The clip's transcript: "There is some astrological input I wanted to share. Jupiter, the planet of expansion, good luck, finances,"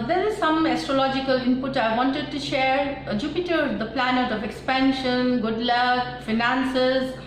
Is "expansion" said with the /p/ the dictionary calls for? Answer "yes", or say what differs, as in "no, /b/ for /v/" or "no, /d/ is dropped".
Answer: yes